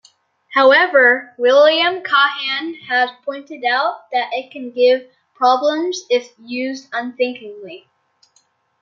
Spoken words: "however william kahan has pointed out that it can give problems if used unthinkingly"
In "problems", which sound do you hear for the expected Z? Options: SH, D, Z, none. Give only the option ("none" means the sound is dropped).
Z